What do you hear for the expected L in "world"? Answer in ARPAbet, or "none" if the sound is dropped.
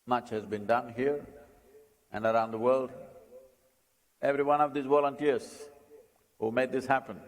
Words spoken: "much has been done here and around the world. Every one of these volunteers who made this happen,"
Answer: L